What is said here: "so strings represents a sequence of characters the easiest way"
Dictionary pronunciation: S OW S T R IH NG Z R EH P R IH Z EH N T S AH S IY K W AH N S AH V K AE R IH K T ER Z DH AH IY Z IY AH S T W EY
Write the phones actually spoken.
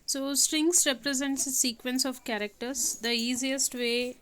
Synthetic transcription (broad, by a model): S OW S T R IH NG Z R EH P R IH Z EH N T S AH S IY K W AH N S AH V K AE R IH K T ER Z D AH IY Z IY AH S T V EY